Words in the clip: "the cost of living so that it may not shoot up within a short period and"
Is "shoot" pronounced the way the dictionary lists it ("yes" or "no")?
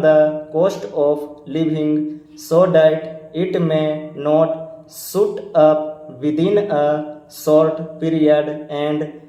no